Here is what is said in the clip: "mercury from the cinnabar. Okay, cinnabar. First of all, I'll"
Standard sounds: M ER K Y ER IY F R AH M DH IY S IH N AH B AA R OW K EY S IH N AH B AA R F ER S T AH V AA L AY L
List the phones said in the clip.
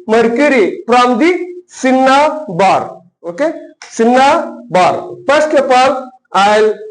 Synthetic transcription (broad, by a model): M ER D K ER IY P R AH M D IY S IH N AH B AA R OW K EY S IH N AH B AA R P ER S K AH P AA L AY L